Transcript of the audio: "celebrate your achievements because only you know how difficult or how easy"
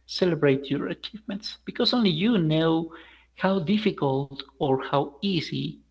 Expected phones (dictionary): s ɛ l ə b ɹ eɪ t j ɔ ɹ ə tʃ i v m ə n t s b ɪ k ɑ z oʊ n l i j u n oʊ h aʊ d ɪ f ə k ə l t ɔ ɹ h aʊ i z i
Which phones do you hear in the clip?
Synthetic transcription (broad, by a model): s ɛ l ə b ɹ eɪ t j ɔ ɹ ə tʃ i v m ə n t s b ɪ k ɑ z oʊ n l i j u n oʊ h aʊ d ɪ f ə k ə l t ɔ ɹ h aʊ i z i